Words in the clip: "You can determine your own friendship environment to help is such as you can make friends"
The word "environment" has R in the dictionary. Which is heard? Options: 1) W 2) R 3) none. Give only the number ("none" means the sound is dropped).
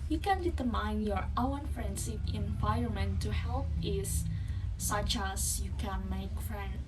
3